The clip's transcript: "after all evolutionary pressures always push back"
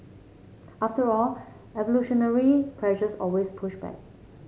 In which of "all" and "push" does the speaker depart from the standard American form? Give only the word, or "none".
none